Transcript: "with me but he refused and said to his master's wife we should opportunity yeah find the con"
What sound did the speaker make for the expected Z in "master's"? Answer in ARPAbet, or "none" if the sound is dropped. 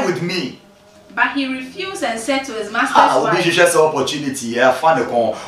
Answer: none